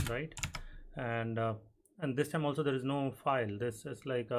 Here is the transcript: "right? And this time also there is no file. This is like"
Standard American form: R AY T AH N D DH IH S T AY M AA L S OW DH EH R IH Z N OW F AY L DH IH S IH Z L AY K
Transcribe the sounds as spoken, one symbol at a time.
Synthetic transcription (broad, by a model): R AY T AH N D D IH S T AY M AA L S OW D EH R IH Z N OW F AY L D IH S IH S L AY K